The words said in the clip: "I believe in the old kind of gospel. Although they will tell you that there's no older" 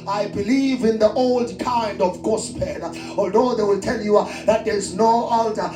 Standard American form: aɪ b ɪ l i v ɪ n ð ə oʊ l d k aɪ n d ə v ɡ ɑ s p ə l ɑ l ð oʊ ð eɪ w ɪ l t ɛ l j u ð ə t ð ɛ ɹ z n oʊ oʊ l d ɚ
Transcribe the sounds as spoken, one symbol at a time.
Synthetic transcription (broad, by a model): aɪ b ɪ l i v ɪ n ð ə oʊ l d k aɪ n d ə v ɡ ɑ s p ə n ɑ l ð oʊ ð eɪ w ɪ l t ɛ l j u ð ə t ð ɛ ɹ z n oʊ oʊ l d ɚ